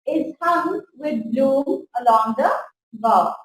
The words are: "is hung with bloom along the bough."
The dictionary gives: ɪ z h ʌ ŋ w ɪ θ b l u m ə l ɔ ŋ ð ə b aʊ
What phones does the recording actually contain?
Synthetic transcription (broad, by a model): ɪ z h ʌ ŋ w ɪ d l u ə l ɔ ŋ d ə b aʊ